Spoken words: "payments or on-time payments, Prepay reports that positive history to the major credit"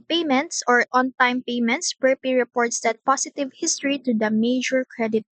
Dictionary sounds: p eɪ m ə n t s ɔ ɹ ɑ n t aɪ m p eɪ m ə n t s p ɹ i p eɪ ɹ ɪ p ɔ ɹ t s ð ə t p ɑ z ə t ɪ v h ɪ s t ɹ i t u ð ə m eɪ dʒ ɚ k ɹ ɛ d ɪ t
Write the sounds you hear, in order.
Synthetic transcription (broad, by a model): p eɪ m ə n t s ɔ ɹ ɑ n t aɪ m p eɪ m ə n t s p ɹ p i ɹ ɪ p ɔ ɹ t s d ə t p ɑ s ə t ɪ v h ɪ s t ɹ i t u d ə m eɪ dʒ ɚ k ɹ ɛ d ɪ t